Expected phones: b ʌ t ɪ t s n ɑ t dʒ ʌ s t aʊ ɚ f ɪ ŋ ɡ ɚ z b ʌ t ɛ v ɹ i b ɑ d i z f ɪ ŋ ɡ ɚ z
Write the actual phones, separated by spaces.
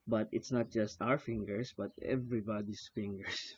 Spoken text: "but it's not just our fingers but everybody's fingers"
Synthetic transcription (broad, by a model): b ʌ t ɪ t s n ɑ t dʒ ʌ s t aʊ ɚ f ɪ ŋ ɡ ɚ s b ʌ t ɛ v ɹ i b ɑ d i s f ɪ ŋ ɡ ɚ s